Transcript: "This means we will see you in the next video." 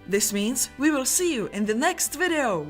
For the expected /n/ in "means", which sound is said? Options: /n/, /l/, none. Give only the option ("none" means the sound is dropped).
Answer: /n/